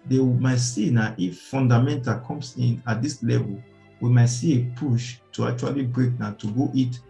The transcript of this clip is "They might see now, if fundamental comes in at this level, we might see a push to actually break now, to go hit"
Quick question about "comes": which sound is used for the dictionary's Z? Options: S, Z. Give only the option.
S